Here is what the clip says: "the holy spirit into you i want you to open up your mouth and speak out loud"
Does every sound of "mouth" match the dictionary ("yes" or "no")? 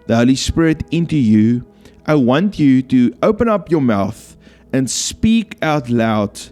yes